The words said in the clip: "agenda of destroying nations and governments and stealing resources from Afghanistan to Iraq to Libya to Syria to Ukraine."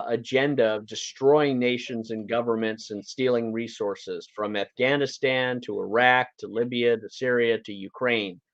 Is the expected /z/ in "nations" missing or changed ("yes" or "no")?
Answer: no